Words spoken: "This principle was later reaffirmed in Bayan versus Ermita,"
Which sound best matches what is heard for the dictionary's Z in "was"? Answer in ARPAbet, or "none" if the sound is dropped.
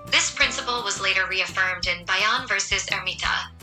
Z